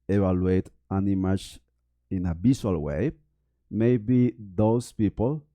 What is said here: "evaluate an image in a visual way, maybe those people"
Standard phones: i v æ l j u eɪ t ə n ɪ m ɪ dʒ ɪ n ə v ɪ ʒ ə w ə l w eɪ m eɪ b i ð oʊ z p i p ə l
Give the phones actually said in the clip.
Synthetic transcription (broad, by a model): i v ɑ l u eɪ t ə n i m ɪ tʃ ɪ n ə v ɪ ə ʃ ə l w eɪ m eɪ b i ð oʊ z p i p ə l